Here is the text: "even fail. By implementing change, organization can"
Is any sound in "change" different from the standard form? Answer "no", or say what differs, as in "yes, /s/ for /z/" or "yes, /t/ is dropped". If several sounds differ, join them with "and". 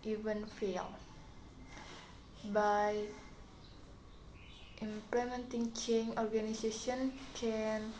yes, /dʒ/ is dropped